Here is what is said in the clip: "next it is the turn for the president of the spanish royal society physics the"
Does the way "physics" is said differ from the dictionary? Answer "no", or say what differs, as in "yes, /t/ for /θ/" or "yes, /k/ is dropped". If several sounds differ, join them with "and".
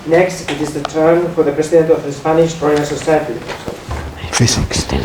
yes, /s/ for /z/